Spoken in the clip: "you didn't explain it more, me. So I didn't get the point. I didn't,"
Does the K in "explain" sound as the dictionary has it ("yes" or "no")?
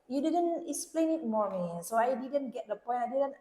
yes